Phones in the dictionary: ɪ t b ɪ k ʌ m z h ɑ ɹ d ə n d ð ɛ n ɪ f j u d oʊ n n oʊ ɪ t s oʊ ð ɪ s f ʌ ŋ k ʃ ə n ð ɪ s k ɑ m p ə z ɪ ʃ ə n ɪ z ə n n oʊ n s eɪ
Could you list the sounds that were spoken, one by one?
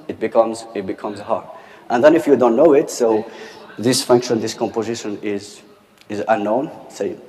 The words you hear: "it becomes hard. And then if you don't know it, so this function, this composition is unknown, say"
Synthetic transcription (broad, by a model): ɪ t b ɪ k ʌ m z h ɑ ɹ d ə n ð ɛ n ɪ f j u d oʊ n n oʊ ɪ t s oʊ ð ɪ s f ʌ ŋ k ʃ ə n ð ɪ s k ɑ m p ə z ɪ ʃ ə n ɪ z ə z n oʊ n s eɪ